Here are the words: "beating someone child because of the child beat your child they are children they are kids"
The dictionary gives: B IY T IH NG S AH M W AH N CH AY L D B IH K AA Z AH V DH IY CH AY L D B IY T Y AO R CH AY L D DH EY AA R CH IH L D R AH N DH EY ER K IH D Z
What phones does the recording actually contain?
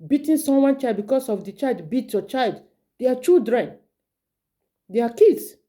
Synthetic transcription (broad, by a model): B IY T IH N S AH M W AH N CH AY L D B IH K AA S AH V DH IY CH AY L D B IY T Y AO CH AY L D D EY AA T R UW D R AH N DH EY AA K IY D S